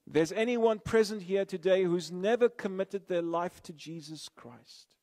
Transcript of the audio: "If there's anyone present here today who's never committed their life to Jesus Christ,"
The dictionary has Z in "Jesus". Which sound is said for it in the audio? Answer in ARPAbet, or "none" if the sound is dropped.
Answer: Z